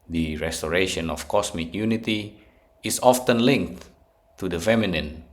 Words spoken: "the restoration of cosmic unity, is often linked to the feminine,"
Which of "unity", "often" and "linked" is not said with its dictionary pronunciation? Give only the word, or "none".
none